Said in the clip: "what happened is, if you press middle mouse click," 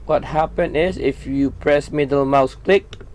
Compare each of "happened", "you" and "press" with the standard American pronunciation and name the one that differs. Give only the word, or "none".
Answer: happened